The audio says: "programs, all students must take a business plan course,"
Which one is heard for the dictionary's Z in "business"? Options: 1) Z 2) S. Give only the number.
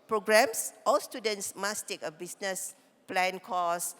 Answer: 2